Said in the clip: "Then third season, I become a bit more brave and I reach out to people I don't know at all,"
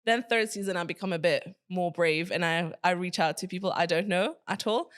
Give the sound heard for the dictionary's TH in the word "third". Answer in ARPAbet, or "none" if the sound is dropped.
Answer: TH